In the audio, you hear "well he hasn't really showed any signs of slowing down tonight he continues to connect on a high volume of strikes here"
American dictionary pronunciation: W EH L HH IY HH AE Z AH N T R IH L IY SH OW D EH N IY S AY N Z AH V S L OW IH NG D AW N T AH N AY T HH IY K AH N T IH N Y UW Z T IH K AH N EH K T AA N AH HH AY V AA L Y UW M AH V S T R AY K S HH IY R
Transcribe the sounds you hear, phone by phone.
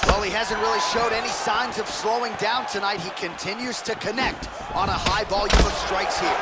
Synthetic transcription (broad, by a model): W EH L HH IY HH AE Z AH N T R IH L IY SH OW D EH N IY S AY N Z AH V S L OW IH NG D AW N T AH N AY T HH IY K AH N T IH N Y UW Z T IH K AH N EH K T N AH HH AY B AA L Y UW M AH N S T R AY K S HH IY R